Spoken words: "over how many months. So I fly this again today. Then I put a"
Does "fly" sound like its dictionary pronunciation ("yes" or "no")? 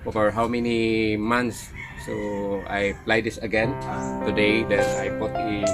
no